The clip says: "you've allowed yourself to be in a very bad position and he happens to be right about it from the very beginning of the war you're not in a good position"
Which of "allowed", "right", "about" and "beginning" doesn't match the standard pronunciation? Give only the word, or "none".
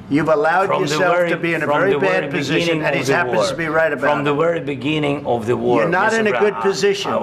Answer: about